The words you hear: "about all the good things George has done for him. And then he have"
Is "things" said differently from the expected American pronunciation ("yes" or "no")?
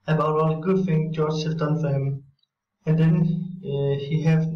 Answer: yes